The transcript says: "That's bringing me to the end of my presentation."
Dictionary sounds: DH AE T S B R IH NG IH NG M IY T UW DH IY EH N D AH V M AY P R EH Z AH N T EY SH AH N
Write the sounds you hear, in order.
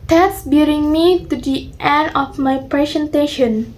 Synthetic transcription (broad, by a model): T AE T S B IH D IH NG M IY T UW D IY EH N D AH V M AY P R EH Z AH N T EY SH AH N